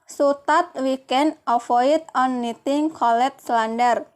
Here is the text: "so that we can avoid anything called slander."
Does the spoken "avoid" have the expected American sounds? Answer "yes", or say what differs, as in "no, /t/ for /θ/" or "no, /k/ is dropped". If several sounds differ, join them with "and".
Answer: no, /f/ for /v/